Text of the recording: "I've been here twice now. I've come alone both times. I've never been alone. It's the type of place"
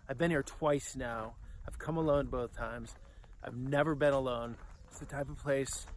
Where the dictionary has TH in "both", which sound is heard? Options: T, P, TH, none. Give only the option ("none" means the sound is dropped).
TH